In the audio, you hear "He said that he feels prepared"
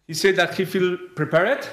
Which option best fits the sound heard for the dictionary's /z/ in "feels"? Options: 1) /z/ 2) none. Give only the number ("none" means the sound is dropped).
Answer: 2